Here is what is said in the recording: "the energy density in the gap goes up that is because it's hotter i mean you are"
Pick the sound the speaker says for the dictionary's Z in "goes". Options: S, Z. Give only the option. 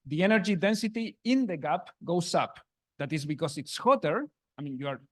S